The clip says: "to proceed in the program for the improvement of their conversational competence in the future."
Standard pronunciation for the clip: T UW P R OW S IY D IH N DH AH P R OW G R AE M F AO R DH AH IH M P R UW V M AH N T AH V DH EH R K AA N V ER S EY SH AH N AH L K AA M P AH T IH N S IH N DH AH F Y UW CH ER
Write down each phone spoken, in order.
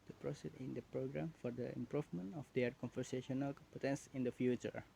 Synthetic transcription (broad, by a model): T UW P R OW S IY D IH N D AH P R OW G R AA M F AO R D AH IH M P R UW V M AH N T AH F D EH R K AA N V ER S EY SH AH N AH L K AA P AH T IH N S IH N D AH F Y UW CH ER